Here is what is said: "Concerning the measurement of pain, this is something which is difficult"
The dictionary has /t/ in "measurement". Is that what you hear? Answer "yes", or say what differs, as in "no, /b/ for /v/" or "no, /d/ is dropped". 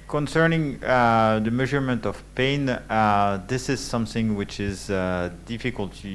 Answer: yes